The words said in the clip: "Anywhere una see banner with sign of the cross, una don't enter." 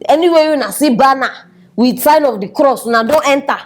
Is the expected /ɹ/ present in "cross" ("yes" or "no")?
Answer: yes